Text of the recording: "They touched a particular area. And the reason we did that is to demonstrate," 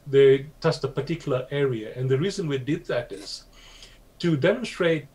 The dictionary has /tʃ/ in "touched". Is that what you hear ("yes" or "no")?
no